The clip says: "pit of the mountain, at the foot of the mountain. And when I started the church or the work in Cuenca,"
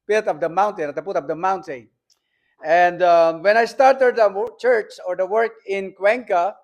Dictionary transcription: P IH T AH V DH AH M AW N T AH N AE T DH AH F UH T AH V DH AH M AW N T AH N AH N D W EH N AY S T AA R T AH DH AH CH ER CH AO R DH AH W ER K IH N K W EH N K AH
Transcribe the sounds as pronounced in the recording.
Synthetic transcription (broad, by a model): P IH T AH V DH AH M AW N T AH N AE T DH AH P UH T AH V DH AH M AW N T AH N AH N D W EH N AY S T AA R T AH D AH CH ER CH AO R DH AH W ER K IH N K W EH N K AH